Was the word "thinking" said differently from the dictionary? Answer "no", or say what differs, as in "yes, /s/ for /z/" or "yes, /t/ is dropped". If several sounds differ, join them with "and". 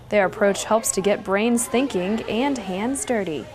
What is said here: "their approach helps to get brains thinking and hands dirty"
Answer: no